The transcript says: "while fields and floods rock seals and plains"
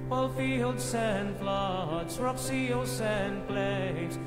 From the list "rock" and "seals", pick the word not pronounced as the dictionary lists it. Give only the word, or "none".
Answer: seals